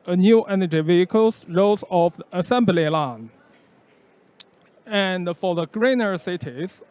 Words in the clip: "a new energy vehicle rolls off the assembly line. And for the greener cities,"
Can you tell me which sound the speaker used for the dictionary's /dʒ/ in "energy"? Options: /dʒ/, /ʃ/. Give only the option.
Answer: /dʒ/